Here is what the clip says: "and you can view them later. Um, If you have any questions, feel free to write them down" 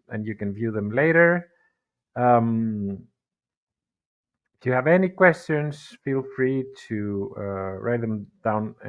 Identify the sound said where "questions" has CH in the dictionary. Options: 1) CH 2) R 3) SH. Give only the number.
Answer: 1